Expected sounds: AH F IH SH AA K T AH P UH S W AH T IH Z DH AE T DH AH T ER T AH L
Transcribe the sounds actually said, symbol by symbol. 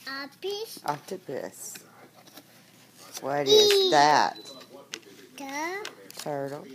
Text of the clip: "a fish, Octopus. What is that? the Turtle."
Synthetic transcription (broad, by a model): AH P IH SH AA T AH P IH S W AH T IH Z DH AE T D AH T ER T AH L